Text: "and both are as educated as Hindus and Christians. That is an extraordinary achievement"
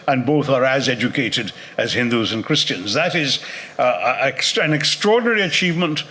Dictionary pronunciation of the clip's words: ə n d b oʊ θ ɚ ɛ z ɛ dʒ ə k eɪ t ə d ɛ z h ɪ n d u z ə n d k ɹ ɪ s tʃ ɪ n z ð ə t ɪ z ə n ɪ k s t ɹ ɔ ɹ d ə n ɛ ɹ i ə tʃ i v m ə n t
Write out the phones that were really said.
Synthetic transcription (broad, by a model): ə n b oʊ θ ɚ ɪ z ɛ dʒ ə k eɪ t ə d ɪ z h ɪ n d u z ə n k ɹ ɪ s tʃ ɪ n z ð ə t ɪ z ə n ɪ k s t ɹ ɔ ɹ d n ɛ ɹ i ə tʃ i v m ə n t